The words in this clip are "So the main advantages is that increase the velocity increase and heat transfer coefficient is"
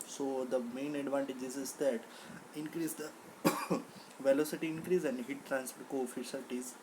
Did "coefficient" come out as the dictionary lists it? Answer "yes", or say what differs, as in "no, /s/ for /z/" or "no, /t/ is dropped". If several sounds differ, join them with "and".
no, /l/ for /n/